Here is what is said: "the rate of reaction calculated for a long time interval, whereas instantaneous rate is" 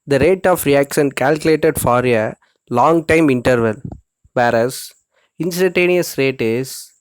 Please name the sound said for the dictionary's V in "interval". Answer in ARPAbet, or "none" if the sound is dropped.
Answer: V